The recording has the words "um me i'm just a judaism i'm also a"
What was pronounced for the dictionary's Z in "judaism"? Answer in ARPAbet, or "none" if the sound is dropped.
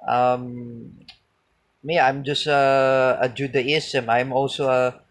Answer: S